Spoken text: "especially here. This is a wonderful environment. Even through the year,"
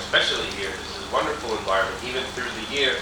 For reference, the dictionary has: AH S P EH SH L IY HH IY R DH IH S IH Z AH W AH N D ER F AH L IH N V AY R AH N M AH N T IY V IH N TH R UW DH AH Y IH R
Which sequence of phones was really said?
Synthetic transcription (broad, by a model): S P EH SH L IY HH IY R DH IH S IH Z W AH N D ER F L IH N V AY R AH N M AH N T IY V IH N TH R UW DH AH Y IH R